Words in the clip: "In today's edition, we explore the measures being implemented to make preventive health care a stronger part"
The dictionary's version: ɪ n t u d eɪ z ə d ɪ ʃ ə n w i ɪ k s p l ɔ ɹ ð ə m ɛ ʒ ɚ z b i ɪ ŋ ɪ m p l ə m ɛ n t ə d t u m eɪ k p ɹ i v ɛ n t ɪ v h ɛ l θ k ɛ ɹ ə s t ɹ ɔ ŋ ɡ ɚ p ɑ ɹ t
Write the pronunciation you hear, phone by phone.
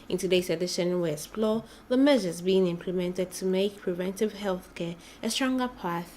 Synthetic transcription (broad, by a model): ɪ n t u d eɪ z ə d ɪ ʃ ə n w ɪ s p l ɔ ð ə m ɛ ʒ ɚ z b i ɪ ŋ ɪ m p l ə m ɛ n t ə d t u m eɪ k p ɹ i v ɛ n t ɪ v h ɛ l θ k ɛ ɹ ə s t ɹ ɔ ŋ ɡ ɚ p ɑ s